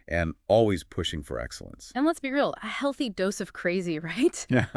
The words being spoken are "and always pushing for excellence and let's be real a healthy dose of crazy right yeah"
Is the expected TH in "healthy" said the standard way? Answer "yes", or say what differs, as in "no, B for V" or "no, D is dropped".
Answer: yes